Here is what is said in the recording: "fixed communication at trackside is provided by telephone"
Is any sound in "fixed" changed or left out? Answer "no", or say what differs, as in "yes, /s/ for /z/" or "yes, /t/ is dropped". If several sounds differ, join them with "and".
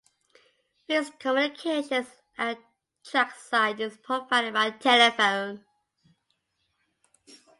yes, /k/ is dropped